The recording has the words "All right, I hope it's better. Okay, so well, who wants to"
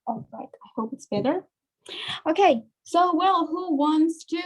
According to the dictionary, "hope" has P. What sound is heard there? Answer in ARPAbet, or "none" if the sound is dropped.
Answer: P